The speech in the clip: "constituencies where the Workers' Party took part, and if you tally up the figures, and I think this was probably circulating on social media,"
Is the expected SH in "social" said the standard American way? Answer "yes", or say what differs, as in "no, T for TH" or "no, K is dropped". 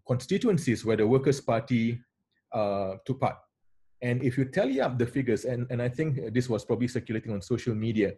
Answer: yes